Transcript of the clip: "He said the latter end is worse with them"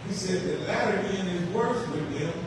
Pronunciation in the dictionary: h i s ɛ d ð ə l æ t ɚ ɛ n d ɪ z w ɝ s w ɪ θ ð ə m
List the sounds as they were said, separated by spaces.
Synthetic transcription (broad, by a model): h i s ɛ d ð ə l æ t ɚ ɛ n ɪ z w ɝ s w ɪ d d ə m